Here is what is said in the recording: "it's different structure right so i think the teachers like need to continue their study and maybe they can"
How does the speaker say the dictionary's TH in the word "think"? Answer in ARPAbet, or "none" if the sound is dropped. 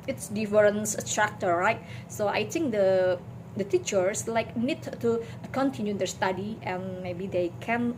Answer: T